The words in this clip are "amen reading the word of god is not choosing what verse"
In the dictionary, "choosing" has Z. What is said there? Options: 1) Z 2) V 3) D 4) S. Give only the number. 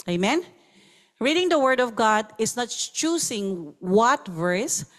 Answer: 4